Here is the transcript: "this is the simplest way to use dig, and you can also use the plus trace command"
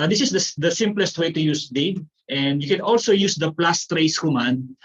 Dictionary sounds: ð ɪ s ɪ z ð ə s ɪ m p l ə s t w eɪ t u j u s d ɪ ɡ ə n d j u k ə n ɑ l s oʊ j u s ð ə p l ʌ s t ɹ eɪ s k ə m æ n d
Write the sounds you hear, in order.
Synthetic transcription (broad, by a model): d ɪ s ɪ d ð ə s ɪ m p l ə s t w eɪ t u j u s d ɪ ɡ ə n d j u k ə n ɑ l s oʊ j u s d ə p l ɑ s t ɹ eɪ s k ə m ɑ n